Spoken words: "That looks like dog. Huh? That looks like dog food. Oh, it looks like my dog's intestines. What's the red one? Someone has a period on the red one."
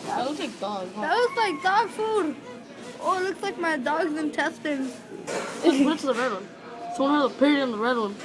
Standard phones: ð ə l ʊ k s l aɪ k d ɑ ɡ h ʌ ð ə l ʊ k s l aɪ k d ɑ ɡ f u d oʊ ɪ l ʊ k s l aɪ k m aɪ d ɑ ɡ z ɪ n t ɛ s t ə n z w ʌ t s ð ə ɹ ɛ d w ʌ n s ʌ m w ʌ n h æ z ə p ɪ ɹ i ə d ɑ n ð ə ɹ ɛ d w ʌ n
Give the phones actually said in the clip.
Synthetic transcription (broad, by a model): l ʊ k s l aɪ k d ɑ ɡ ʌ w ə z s l aɪ k d ɑ ɡ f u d oʊ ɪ l ʊ k s l aɪ k m aɪ d ɑ ɡ z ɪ n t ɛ s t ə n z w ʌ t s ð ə ɹ ɛ d w ʌ n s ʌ w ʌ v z ə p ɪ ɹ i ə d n ð ə ɹ ɛ d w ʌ n